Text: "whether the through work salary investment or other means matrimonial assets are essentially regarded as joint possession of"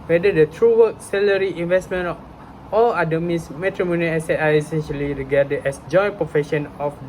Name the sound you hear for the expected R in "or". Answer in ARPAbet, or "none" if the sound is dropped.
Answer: L